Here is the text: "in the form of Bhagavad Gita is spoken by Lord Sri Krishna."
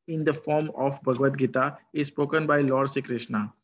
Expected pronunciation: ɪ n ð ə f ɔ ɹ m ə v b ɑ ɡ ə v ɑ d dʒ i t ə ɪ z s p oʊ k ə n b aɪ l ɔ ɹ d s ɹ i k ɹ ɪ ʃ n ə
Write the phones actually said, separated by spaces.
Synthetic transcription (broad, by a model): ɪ n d ə f ɔ ɹ m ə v b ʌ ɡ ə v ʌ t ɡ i t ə ɪ z s p oʊ k ə n b aɪ l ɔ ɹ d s i k ɹ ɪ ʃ n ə